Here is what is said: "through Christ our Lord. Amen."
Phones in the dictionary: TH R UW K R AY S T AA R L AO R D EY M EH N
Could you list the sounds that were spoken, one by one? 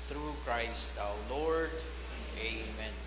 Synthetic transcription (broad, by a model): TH R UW K R AY S T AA W L AO R D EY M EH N